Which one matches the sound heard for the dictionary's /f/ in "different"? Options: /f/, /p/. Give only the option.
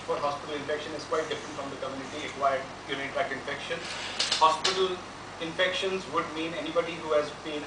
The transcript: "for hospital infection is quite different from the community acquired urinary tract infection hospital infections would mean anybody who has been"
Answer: /f/